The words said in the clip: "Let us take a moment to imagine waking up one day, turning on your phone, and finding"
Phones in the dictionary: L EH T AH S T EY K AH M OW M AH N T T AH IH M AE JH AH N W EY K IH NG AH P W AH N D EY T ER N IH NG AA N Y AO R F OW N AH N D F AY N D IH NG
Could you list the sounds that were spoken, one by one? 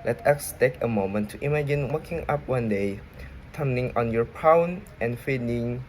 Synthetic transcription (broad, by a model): L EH T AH S T EY K AH M OW M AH N T T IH M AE JH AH N W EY K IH NG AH P W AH N D EY T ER N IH NG AA N Y AO R P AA N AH N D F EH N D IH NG